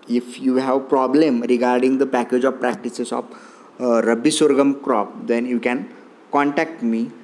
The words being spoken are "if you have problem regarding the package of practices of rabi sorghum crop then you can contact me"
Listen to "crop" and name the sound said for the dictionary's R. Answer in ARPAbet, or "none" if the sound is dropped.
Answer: R